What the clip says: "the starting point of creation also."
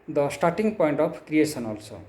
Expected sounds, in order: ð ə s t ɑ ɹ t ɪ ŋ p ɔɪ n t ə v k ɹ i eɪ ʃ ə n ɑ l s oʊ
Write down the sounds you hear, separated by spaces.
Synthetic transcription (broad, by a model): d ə s t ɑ ɹ t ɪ ŋ p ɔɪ n t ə p k ɹ i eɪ s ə n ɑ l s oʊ